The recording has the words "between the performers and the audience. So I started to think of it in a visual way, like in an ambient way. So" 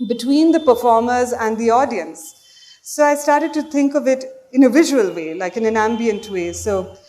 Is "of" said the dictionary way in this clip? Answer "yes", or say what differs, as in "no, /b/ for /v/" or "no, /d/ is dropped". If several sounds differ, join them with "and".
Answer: yes